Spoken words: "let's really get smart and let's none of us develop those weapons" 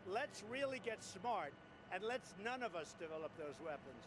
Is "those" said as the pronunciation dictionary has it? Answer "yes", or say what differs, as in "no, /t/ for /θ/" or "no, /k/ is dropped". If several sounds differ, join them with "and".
yes